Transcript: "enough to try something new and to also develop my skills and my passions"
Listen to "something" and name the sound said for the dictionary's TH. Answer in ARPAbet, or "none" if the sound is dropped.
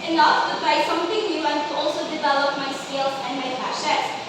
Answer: T